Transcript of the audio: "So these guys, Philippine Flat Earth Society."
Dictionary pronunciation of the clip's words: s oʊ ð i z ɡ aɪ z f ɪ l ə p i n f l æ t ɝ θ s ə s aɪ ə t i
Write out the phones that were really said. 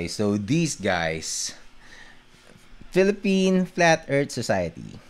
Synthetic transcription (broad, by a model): s oʊ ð i s ɡ aɪ s f ɪ l ə p i n f l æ t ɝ t s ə s aɪ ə t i